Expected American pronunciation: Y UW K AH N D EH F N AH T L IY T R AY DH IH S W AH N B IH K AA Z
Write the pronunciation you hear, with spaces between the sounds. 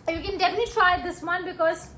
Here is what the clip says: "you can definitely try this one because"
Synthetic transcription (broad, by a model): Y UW K AH N D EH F AH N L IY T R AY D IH S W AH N B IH K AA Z